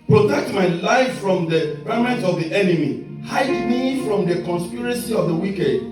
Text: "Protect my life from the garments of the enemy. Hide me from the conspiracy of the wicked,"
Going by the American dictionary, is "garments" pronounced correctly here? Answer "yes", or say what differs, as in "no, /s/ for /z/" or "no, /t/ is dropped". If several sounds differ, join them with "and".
no, /s/ is dropped